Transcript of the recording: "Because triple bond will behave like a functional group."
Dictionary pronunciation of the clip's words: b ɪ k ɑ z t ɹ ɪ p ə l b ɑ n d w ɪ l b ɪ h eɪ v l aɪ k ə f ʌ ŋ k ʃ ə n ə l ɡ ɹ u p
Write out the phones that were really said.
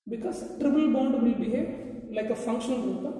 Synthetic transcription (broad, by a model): b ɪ k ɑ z t ɹ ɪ b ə l b ɑ n d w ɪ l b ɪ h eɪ l aɪ k ə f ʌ ŋ k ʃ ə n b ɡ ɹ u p